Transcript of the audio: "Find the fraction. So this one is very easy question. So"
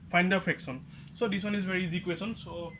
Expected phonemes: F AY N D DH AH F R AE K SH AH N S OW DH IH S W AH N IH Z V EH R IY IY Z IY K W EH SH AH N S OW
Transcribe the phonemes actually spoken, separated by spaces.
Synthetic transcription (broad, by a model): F AY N D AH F R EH K S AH N S OW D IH S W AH N IH Z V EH R IY IY Z IY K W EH S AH N S OW